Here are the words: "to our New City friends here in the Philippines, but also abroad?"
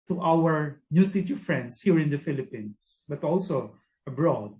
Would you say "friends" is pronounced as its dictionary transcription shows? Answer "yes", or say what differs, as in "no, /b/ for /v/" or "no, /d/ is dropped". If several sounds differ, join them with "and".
no, /s/ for /z/